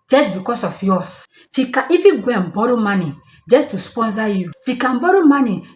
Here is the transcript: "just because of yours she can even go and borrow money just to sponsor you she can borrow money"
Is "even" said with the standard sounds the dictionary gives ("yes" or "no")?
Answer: no